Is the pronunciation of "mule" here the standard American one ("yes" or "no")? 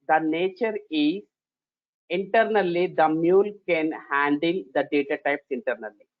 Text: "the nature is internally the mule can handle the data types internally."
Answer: yes